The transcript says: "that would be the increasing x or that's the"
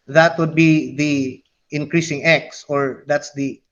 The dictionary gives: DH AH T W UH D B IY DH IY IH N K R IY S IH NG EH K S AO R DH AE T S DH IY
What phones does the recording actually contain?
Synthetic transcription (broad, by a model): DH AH T W UH D B IY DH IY IH N K R IY S IH NG EH K S AO R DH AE T S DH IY